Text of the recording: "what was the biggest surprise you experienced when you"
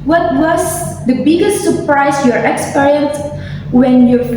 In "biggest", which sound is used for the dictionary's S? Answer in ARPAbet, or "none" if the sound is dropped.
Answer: S